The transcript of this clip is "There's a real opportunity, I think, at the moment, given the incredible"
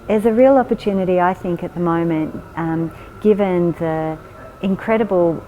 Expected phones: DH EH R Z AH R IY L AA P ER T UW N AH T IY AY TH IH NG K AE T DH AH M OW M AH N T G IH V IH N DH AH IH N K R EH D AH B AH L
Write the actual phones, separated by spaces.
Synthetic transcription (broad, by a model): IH Z AH R IY L AA P ER T UW N AH T IY AY TH IH NG K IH T DH AH M OW M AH N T G IH V IH N DH AH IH N K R EH D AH B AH L